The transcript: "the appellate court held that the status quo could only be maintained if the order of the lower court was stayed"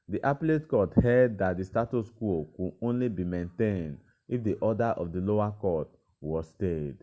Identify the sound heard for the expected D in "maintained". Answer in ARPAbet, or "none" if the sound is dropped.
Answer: D